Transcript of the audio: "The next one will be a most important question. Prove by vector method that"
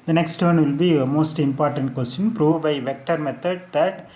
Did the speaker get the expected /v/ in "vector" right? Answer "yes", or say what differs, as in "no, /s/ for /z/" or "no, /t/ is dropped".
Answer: yes